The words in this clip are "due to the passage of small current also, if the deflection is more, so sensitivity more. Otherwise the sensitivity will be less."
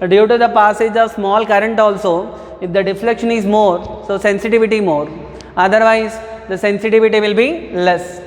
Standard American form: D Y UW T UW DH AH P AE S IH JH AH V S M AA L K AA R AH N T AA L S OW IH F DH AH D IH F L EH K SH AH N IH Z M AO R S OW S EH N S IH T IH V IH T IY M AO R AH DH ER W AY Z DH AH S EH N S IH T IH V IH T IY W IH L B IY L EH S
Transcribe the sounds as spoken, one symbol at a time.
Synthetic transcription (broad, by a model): D Y UW T UW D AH P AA S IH JH AH V S M AA L K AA R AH N T AA L S OW IH F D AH D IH F L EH K SH AH N IH Z M AO R S OW S EH N S IH T IH V IH T IY M AO R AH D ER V AY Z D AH S EH N S IH T IH V IH T IY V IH L B IY L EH S